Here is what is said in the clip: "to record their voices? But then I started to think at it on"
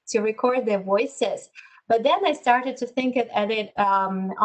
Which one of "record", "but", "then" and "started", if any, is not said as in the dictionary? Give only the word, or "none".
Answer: none